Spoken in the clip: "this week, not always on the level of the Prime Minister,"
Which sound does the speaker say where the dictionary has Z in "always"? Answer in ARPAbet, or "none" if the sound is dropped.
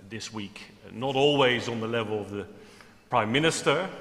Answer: Z